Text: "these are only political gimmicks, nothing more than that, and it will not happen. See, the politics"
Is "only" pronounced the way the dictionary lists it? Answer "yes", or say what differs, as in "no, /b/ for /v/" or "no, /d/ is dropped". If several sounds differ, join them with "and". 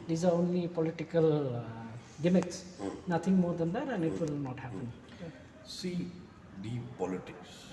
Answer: yes